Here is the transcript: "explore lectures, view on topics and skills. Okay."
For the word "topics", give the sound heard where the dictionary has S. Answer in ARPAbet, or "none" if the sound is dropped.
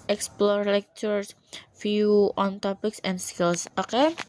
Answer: S